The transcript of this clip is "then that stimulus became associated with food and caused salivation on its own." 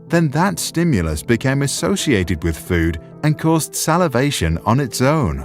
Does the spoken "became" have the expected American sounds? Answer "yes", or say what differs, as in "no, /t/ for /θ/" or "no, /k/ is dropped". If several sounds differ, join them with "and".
yes